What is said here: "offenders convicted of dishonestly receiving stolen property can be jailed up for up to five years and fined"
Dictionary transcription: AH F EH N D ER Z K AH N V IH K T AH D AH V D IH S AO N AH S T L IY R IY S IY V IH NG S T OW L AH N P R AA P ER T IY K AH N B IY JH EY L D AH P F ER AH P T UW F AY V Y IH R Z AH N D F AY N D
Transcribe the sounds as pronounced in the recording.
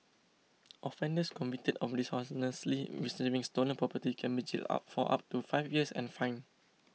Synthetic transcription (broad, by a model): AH F EH N D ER S K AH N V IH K T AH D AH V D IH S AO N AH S L IY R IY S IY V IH NG S T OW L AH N P R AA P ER T IY K AH N B IY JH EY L AA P F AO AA P T UW F AY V Y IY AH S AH N F AY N